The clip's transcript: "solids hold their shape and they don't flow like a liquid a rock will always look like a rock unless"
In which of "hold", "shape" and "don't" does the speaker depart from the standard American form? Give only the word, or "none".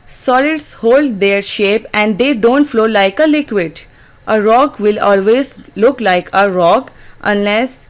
none